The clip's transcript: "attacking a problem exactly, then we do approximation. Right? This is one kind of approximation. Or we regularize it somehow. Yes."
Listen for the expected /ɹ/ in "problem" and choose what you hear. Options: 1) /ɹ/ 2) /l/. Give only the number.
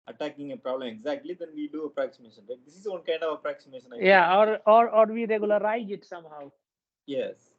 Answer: 1